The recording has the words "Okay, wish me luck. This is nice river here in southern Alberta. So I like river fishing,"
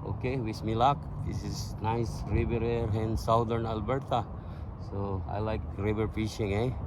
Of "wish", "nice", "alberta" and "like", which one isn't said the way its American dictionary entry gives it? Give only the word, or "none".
wish